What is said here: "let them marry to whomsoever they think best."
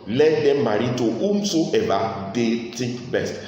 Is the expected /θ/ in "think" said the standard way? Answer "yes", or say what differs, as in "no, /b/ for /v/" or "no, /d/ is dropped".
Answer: no, /t/ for /θ/